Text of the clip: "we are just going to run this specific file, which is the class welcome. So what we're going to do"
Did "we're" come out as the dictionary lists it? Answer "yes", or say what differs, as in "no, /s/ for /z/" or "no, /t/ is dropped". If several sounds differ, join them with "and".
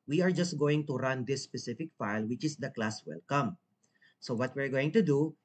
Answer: yes